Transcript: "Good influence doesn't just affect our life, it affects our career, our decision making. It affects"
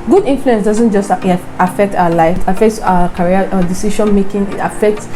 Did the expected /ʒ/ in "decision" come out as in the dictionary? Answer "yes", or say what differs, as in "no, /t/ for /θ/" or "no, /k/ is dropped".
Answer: no, /ʃ/ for /ʒ/